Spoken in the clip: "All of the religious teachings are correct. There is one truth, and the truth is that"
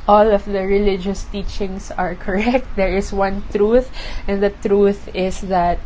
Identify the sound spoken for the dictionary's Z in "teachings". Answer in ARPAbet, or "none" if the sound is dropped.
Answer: S